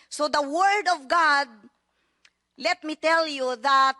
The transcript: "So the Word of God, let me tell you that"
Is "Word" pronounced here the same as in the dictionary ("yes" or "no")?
yes